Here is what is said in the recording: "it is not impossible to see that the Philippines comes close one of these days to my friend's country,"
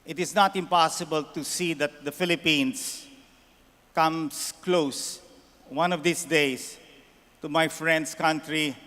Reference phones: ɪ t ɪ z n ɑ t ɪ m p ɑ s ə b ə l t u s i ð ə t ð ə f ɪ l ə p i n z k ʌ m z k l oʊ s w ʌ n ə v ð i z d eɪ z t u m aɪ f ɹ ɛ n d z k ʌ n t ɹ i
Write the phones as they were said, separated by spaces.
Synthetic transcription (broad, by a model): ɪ t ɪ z n ɑ t ɪ m p ɑ s ə b ə l t u s i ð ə t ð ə f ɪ l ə p i n s k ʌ m s k l oʊ s w ʌ n ə v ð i s d eɪ s t u m aɪ f ɹ ɛ n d s k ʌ n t ɹ i